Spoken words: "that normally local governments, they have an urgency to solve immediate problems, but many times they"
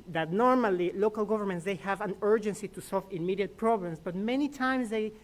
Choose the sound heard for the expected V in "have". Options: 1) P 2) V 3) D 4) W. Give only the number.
2